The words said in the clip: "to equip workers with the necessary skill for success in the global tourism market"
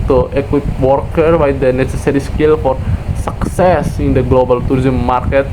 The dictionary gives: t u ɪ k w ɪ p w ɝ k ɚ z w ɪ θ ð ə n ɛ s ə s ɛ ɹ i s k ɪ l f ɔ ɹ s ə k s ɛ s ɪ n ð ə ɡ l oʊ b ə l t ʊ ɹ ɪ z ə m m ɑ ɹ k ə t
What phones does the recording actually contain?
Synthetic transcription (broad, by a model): t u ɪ k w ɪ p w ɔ k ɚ w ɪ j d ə n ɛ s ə s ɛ ɹ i s k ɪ l f ɔ ɹ s ə k s ɛ s ɪ n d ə ɡ l oʊ b ə l t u ɹ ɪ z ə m m ɑ ɹ k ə t